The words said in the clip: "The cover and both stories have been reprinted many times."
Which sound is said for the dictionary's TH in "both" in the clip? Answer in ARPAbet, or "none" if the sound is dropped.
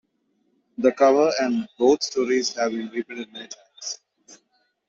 T